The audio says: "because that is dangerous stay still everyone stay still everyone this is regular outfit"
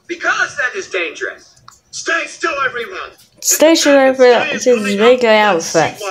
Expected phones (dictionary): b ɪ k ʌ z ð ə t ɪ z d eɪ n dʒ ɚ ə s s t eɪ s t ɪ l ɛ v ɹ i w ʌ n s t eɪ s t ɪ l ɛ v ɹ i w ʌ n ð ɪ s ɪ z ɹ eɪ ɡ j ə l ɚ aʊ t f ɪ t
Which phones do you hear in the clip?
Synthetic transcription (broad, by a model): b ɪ k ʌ z ð ə t ɪ z d eɪ n dʒ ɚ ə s s t eɪ s t ɪ l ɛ v ɹ i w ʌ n s t eɪ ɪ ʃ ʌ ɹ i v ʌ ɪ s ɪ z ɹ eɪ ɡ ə ɪ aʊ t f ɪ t